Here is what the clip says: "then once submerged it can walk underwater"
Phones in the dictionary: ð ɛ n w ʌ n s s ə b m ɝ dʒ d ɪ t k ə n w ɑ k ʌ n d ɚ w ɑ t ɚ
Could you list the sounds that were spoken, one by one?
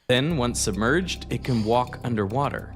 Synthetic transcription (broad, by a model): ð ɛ n w ʌ n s s ə b m ɝ dʒ d ɪ t k ə n w ɑ k ʌ n d ɚ w ɑ t ɚ